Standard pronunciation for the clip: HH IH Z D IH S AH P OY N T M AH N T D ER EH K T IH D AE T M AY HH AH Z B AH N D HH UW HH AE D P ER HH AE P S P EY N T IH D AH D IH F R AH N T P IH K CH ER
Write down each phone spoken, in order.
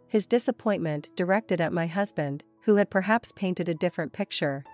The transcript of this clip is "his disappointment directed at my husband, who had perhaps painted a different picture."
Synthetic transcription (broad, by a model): HH IH Z D IH S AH P OY N M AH N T D ER EH K T IH D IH T M AY HH AH Z B AH N D HH UW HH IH D P ER HH AE P S P EY N T IH D AH D IH F R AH N P IH K CH ER